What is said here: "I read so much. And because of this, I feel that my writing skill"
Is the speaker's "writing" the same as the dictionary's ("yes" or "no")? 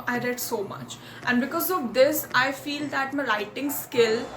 no